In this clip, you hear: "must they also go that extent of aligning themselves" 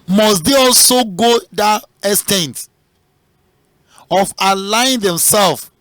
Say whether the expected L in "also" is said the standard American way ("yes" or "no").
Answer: yes